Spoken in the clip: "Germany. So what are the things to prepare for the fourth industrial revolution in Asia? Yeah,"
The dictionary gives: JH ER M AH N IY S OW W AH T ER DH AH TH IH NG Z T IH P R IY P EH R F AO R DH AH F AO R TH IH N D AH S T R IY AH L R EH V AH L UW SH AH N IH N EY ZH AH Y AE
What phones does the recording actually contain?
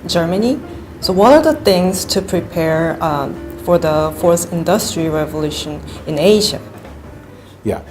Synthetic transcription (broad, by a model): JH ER M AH N IY S OW W AH T ER DH AH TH IH NG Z T IH P R IY P EH R F AO R DH AH F AO R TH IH N D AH S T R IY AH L R EH V AH L UW SH AH N IH N EY ZH AH Y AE